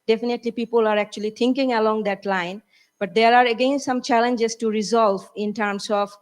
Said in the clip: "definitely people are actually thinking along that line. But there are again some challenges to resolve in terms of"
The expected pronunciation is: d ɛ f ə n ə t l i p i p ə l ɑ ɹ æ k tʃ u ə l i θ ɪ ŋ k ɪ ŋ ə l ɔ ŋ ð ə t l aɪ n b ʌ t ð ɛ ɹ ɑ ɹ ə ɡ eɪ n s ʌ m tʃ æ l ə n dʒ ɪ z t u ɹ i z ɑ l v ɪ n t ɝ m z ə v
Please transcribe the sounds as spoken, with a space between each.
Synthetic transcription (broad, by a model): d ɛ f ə n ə t l i p i p ə l ɑ ɹ æ k tʃ u ə l i t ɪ ŋ k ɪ ŋ ə l ɔ ŋ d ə t l aɪ n b ʌ t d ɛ ɹ ɑ ɹ ə ɡ eɪ n s ʌ m tʃ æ l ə n dʒ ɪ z t u ɹ i z ɑ l v ɪ n t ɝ m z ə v